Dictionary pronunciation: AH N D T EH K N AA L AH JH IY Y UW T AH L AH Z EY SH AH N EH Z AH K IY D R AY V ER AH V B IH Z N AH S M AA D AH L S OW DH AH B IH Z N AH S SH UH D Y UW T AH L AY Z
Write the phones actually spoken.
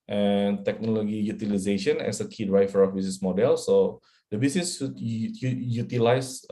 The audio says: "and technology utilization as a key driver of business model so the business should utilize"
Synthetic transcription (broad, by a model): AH N T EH K N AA L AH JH IY Y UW T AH L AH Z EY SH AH N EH S AH K IY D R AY F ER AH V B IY S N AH S M AA D AH L S OW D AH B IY S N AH S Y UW Y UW T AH L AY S